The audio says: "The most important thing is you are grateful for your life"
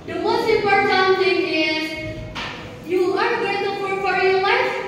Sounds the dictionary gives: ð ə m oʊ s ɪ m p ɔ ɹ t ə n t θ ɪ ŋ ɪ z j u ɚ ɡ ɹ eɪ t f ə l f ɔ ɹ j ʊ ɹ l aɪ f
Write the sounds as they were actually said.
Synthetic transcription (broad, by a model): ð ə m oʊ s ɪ p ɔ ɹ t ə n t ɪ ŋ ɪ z j u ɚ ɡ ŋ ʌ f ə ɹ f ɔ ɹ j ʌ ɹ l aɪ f